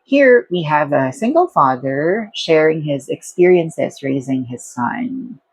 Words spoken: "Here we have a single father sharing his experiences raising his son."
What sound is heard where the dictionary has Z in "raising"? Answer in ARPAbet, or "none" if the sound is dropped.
Z